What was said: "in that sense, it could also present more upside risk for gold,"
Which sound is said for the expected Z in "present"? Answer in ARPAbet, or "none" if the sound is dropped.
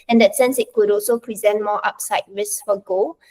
Z